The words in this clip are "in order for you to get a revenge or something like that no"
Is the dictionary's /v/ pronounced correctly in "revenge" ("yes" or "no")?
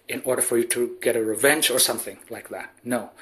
yes